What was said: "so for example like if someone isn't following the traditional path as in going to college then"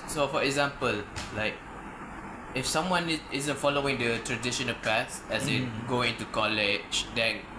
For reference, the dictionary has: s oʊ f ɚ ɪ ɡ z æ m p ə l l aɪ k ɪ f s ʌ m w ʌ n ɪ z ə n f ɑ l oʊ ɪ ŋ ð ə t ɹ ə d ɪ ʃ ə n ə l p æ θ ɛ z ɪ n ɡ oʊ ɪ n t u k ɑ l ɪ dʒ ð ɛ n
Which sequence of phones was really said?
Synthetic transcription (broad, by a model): s oʊ f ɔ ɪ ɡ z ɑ m p ə l l aɪ k ɪ f s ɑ m w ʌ n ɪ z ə n f ɑ l oʊ ɪ ŋ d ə t ɹ ə d ɪ ʃ ə n ə l p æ s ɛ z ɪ ɡ oʊ ɪ n t u k ɑ l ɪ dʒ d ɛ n